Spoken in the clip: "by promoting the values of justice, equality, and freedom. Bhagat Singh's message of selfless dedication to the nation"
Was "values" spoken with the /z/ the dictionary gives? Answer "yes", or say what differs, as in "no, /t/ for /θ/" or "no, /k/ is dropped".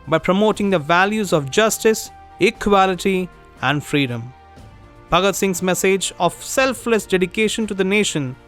yes